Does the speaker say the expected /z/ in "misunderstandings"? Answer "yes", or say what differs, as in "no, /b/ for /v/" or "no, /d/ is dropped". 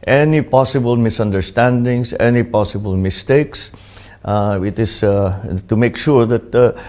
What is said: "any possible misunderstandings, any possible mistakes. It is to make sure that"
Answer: no, /s/ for /z/